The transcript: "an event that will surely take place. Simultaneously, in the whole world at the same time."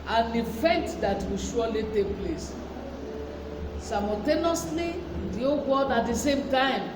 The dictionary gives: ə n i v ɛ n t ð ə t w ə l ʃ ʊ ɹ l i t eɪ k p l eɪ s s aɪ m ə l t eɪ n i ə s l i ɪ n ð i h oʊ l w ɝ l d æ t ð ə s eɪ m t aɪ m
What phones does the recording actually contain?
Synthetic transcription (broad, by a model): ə n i f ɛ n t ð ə t w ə ʃ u l i t eɪ k p l eɪ s s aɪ m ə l t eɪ n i s l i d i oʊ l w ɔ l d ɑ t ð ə s eɪ m t aɪ m